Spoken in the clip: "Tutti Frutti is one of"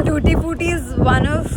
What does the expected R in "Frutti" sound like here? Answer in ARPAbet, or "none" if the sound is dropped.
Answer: none